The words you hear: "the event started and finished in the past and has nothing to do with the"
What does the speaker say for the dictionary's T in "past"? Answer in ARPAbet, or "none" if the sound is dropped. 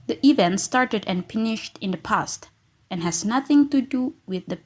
T